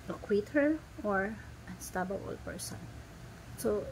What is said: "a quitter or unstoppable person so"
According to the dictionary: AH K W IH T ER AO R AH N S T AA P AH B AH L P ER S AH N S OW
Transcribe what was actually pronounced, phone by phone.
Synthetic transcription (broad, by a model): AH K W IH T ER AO R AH N S T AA B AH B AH L P ER S AH N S OW